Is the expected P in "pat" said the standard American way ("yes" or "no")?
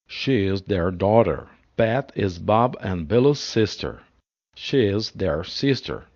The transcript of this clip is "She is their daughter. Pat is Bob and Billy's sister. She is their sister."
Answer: no